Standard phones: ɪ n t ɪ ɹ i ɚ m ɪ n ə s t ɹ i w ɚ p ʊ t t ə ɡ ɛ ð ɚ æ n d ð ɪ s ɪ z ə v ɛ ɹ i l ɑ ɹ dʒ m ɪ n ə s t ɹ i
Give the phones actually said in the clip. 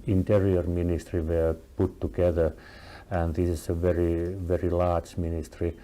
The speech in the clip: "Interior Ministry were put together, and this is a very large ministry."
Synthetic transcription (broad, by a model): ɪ n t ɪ ɹ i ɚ m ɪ n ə s t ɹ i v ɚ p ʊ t t ə ɡ ɛ ð ɚ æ n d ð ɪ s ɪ s ə v ɛ ɹ i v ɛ ɹ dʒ m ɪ n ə s t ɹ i